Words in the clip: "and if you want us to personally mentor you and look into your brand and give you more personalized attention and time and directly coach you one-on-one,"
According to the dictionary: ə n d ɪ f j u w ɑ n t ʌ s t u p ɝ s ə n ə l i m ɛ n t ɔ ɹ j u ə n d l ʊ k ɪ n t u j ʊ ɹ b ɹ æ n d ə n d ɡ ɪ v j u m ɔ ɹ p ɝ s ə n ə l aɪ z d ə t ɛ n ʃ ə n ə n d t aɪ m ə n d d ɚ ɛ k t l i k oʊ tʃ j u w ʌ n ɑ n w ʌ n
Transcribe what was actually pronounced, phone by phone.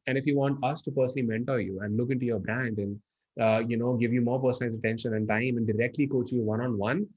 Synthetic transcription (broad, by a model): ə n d ɪ f j u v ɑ n t ʌ s t u p ɝ s ə n ə l i m ɛ n t ɔ ɹ j u ə n d l ʊ k ɪ n t u j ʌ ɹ b ɹ æ n d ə n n ɡ ɪ v j u m ɔ ɹ p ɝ s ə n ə ɪ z ə t ɛ n ʃ ə n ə n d t aɪ m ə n d d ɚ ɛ k t l i k oʊ tʃ j u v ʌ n ɑ n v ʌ n